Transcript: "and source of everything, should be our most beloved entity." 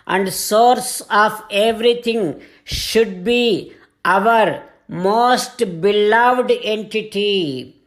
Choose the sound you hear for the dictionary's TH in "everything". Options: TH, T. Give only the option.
T